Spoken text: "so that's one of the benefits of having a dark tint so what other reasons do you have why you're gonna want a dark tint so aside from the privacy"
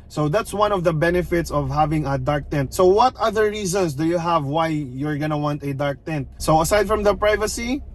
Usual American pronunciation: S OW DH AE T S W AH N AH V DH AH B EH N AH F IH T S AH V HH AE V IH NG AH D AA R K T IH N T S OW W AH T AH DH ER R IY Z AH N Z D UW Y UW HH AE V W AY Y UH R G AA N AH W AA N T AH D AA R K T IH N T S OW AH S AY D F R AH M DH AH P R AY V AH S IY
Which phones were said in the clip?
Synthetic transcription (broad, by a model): S OW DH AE T S W AH N AH V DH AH B EH N AH F IH T S AH V HH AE V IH NG AH D AA R K T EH N T S OW W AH T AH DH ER R IY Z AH N S D UW Y UW HH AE V W AY Y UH R G AA N AH W AA N T AH D AA R K T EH N T S OW AH S AY D F R AH M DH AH P R AY V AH S IY